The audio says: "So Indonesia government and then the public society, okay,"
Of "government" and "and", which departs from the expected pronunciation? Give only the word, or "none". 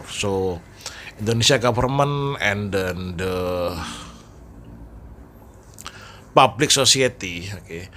government